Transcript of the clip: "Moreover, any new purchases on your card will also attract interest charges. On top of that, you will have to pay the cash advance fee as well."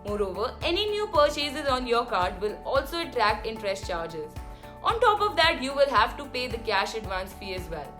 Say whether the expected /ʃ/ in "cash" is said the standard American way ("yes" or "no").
yes